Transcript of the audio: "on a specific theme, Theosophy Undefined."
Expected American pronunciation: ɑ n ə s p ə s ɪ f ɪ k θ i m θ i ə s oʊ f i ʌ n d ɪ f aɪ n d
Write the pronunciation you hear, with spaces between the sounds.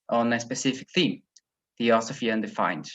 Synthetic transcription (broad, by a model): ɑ n ə s p ə s ɪ f ɪ k θ i m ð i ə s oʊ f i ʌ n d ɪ f aɪ n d